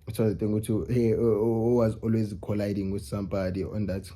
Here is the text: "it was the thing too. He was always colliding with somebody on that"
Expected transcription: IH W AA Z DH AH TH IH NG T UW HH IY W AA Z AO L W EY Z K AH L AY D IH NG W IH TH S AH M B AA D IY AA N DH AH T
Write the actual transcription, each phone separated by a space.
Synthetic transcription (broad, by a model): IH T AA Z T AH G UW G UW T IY W AA Z AO L W EY Z K AH L AY D IH NG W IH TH S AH M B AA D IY AA N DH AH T